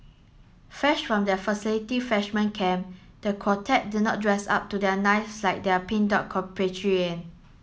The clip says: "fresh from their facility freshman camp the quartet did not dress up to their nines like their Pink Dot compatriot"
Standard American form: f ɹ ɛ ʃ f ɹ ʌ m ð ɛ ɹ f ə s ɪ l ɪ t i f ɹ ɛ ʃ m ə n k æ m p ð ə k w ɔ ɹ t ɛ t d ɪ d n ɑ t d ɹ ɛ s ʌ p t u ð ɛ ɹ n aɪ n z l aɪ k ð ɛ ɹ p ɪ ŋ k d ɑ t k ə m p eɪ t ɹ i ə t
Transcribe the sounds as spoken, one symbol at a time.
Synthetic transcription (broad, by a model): f ɛ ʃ f ɹ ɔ m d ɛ f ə s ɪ l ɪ t i f ɛ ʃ m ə n k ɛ m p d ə k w ɔ t ɛ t d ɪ n ɑ t d ɹ ɛ s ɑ p t u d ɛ n aɪ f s l aɪ k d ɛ p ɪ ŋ d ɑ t k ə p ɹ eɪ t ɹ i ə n